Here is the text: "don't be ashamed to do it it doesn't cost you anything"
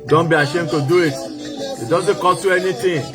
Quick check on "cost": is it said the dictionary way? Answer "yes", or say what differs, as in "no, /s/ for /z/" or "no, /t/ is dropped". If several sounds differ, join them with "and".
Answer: no, /s/ is dropped